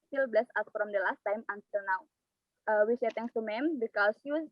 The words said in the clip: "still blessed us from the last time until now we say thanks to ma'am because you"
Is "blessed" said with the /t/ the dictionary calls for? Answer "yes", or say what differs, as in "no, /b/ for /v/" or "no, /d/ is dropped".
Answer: no, /t/ is dropped